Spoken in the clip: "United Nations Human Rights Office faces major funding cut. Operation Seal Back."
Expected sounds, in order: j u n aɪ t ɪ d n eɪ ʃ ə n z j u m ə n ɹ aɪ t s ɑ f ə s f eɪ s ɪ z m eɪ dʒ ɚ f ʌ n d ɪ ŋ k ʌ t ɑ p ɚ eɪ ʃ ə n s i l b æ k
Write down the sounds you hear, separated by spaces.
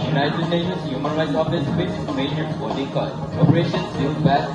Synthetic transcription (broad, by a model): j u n aɪ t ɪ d n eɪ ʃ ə n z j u m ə n ɹ aɪ t s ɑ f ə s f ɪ m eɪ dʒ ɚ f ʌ d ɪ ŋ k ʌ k ɑ p ɚ eɪ ʃ ə n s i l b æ